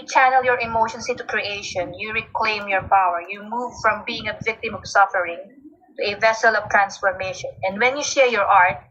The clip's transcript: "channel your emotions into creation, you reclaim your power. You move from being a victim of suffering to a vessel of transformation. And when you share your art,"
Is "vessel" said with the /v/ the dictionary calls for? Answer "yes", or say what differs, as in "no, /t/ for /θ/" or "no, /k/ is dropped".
yes